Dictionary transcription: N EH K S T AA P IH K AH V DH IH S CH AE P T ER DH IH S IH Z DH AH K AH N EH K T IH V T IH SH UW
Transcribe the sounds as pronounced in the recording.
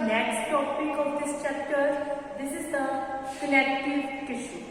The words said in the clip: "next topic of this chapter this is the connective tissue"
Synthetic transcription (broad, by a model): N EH K S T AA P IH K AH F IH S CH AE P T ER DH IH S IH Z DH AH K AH L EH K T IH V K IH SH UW